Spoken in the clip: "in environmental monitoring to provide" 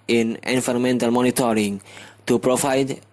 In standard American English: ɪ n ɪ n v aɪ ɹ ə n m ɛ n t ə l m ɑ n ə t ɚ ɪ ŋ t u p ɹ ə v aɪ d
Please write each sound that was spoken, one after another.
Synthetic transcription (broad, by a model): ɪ n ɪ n f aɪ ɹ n m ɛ n t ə l m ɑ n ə t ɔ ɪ ŋ t u p ɹ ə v aɪ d